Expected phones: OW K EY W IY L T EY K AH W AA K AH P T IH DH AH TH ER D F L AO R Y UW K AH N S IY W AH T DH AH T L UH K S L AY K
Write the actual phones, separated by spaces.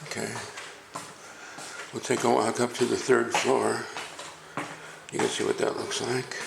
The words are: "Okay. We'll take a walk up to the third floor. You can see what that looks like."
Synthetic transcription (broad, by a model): OW K EY W IY L T EY AH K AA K AH P T IH DH AH TH ER D F L AO R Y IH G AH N S IY W AH T DH AH T L UH K S L AY K